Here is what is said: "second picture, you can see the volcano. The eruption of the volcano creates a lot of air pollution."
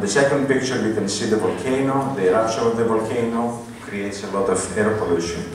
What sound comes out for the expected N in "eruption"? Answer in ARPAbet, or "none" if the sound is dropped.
none